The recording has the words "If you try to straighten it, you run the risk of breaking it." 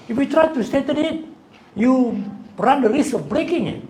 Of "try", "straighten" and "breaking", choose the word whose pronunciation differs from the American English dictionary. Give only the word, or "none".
straighten